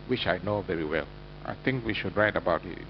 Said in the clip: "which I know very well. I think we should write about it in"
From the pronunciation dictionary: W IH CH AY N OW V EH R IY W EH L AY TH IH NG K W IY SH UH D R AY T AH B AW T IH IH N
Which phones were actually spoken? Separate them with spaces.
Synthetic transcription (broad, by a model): W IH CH AY N OW V EH R IY W EH L AY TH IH NG K W IY SH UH D R AY T AH B AW T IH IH